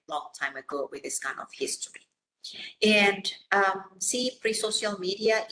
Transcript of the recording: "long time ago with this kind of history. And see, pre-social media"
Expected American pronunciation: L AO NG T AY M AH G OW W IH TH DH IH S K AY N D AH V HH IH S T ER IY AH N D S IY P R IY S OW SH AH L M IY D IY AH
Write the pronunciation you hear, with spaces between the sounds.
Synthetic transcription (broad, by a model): L AO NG T AY M AH G OW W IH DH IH S K AY N D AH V HH IH S T ER IY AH N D S IY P R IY S OW SH AH L M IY D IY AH